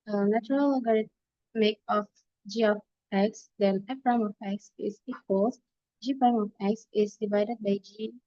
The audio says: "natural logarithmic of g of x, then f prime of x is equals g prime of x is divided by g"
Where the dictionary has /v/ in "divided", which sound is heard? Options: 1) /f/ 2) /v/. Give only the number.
2